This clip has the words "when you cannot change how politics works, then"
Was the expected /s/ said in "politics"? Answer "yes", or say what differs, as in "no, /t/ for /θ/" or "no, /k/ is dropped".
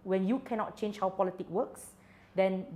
no, /s/ is dropped